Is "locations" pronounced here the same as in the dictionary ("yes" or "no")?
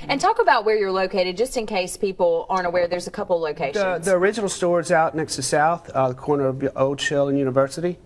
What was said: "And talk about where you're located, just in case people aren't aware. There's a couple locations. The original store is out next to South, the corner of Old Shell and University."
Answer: no